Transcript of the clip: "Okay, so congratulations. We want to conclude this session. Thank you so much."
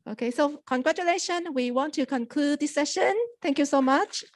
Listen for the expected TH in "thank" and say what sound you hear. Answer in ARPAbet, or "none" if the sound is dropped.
T